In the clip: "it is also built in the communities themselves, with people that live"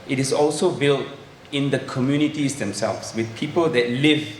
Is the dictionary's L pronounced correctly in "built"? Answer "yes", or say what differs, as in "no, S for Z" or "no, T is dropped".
yes